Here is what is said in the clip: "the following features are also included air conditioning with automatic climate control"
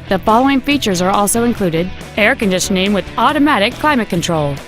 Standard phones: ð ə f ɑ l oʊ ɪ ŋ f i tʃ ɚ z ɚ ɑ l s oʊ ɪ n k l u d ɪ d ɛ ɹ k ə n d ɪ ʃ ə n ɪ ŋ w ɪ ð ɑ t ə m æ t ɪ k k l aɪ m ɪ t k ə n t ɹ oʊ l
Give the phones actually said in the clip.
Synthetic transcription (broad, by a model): ð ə f ɑ l oʊ ɪ ŋ f i tʃ ɚ z ɚ ɑ l s oʊ ɪ n k l u d ɪ d ɛ ɹ k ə n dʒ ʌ s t n ɪ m w ɪ ð ɑ t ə m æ t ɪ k k l aɪ m ɪ t k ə n t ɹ oʊ l